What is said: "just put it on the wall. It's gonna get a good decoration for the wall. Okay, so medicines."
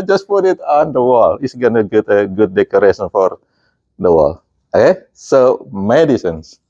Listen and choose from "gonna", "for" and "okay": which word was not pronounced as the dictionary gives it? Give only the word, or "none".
none